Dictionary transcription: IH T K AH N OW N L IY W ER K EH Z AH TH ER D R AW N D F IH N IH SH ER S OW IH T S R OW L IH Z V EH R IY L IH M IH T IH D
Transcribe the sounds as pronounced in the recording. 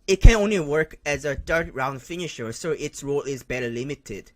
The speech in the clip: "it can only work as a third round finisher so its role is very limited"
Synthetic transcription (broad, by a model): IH T K AH N OW N L IY W ER K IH Z AH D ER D R AW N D F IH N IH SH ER S OW IH T S R OW L IH Z B EH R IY L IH M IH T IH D